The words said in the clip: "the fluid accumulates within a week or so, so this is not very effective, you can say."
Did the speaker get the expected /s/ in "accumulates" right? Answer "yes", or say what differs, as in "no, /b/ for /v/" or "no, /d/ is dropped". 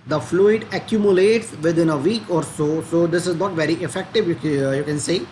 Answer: yes